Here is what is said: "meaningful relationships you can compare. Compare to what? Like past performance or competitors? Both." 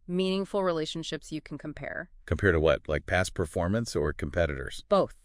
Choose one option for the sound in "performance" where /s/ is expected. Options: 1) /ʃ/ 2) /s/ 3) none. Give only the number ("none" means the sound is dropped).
2